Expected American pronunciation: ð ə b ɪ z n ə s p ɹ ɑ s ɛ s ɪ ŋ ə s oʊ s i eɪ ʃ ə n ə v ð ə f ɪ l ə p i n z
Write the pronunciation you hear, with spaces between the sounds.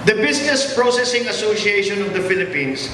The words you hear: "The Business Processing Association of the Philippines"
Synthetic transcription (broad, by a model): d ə b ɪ s n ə s p ɹ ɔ s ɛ s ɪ ŋ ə s oʊ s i eɪ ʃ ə n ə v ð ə f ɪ l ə p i n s